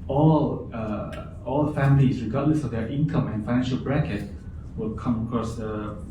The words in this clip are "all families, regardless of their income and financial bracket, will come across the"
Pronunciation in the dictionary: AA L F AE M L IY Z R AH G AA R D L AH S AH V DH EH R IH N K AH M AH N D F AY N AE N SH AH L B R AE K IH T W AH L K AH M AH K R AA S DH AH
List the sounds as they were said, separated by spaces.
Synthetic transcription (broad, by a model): AA L F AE M L IY S R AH G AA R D L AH S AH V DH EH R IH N K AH M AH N F AY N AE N SH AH L B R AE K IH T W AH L K AH M AH K R AA S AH